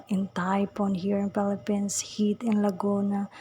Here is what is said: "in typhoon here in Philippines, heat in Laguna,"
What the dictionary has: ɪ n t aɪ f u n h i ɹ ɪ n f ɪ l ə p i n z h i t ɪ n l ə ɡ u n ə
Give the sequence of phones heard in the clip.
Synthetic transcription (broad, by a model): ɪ n t aɪ p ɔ n h i ɹ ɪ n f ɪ l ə p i n s h i t ɪ n l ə ɡ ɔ n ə